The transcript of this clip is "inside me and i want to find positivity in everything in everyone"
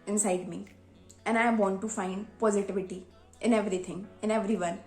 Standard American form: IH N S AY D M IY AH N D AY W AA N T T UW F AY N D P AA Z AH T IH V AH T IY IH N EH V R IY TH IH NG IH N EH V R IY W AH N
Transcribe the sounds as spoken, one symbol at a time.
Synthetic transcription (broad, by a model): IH N S AY D M IY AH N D AY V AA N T T UW F AY N D P AA Z AH T IH V AH T IY IH N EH V R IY T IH NG IH N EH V R IY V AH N